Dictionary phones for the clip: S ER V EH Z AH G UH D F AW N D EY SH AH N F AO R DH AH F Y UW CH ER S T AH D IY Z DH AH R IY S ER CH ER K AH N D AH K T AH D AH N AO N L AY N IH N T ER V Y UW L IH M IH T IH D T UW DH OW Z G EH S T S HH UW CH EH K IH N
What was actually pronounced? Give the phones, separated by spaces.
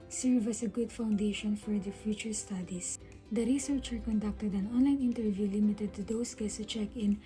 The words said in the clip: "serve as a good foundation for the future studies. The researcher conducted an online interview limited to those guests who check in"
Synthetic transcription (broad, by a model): S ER V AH S AH G UH D F AW N D EY SH AH N F AO R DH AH F Y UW CH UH S T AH D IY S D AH R IY S ER CH ER K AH N D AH K T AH D AH N AO N L AY N IH N T ER V Y UW L IH M IH T IH D T UW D OW S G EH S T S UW CH EH K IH N